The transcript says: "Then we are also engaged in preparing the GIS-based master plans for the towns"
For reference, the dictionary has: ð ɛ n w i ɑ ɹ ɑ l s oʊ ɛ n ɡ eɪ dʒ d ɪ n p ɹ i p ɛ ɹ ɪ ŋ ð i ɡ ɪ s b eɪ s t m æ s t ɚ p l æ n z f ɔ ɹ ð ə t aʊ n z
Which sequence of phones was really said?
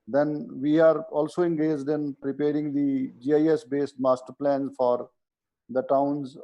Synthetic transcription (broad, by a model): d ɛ n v i ɑ ɹ ɑ l s oʊ ɛ n ɡ eɪ dʒ d ɪ n p ɹ i p ɛ ɹ ɪ ŋ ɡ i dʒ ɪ s b eɪ s t m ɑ s t ɚ p l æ n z f ɔ ɹ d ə t aʊ n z